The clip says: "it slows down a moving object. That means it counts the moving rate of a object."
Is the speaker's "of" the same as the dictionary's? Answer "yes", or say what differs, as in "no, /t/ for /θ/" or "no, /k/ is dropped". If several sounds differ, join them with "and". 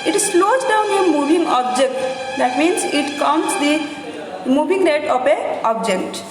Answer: no, /p/ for /v/